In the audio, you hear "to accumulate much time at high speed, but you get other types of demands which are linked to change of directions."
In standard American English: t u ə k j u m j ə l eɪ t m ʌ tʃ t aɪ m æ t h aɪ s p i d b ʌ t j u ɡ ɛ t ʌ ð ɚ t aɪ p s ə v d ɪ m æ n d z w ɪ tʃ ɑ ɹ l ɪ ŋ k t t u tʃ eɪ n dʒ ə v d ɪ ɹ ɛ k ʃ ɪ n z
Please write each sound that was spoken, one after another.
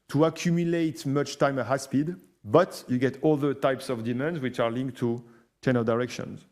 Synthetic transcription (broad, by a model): t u ə k j u m j ə l eɪ t m ʌ tʃ t aɪ m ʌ h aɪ s p i d b ʌ t j u ɡ ɛ t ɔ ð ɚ t aɪ p s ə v d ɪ m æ n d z w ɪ tʃ ɑ ɹ l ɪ ŋ k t t u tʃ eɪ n ə d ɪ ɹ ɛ k ʃ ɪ n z